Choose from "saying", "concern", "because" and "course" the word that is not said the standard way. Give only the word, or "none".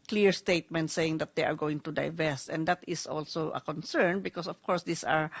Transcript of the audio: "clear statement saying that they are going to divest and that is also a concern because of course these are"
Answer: because